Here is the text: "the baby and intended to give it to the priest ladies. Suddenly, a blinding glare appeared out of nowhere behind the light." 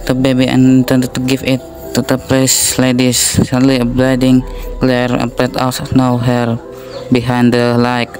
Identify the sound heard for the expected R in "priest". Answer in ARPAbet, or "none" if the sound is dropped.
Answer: L